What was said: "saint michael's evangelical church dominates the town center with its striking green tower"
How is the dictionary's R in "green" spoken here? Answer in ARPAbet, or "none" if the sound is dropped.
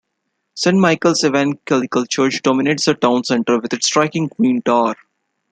W